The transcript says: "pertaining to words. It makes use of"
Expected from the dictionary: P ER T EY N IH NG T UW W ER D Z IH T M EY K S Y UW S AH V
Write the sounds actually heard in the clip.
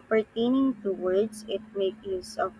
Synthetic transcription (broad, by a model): P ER T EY N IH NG T UW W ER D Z IH T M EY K Y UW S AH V